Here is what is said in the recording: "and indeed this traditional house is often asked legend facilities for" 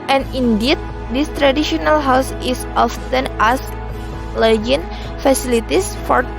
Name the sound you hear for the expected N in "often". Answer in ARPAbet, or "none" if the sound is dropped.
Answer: N